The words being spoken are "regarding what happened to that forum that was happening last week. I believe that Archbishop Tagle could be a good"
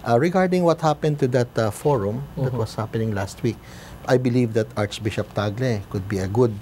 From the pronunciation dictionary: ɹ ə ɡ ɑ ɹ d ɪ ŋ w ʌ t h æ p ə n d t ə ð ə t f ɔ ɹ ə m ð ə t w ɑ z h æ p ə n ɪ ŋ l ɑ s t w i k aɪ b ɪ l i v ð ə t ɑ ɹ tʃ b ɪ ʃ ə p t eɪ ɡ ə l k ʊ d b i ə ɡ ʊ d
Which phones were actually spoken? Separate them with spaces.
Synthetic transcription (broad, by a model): ɹ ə ɡ ɑ ɹ d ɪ ŋ w ʌ t h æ p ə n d t ə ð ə t f ɔ ɹ ə m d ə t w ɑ s h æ p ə n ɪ ŋ l ɑ s t w i k aɪ b ɪ l i v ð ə t ɑ ɹ tʃ b ɪ ʃ ə p t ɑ ɡ l k ʊ d b i ə ɡ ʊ d